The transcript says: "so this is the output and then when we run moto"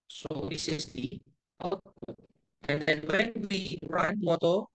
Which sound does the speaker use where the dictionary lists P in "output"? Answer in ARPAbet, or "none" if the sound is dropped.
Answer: none